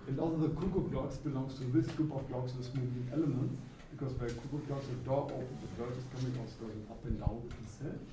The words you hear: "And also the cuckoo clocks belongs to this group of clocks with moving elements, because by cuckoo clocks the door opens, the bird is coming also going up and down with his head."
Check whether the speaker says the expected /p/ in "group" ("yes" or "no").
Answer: yes